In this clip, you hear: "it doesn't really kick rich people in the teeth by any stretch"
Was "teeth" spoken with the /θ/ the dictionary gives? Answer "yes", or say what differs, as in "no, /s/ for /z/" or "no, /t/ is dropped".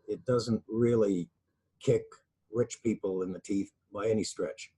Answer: yes